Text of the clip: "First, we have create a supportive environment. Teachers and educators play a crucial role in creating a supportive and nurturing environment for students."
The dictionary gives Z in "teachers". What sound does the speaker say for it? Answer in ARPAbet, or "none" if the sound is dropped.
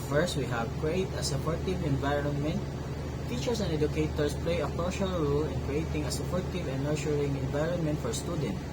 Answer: S